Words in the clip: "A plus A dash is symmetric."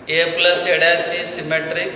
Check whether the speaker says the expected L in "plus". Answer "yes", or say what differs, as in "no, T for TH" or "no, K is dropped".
yes